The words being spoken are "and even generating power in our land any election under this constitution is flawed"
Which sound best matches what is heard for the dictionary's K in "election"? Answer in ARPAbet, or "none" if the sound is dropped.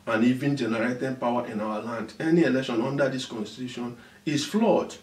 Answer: K